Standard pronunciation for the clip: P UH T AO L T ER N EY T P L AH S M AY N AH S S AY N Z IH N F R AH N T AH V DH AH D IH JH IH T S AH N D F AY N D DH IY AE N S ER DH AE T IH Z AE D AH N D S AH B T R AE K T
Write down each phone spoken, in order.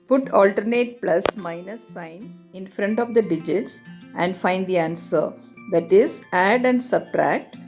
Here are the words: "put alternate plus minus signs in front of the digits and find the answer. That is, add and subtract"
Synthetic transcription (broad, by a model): P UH T AO L T ER N EY T P L AH S M AY N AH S S AY N S IH N F R AH N T AH V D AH D IH JH IH T S AH N D F AY N D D IY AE N S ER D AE T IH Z AE D AH N D S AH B T R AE K T